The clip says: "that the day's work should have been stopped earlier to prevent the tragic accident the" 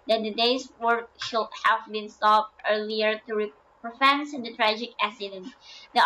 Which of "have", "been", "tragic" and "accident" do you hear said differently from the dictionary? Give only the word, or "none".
accident